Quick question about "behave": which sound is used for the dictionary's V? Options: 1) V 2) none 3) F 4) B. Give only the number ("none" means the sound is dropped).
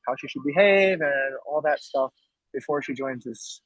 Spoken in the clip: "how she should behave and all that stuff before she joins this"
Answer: 1